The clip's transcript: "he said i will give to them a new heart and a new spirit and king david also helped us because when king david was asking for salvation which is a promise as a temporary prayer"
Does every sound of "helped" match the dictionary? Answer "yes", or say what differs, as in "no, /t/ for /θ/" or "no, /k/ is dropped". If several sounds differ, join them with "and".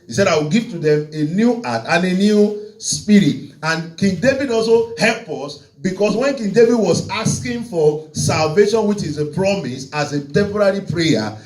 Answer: no, /t/ is dropped